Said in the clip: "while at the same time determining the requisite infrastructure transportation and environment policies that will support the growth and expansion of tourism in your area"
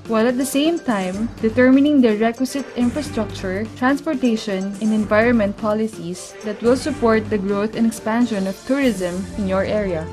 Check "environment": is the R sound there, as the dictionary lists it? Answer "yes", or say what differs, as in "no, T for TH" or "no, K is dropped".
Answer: yes